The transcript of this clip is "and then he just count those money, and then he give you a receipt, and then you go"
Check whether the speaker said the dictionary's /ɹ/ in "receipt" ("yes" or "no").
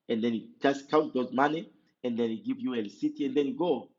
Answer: no